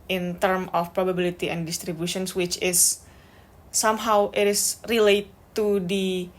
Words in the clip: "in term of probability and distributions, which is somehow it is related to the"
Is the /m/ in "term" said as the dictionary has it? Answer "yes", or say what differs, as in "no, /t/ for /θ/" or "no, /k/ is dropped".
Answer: yes